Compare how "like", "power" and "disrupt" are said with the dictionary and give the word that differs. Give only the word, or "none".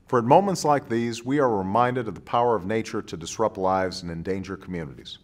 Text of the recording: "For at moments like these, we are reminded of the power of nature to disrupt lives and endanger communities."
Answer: none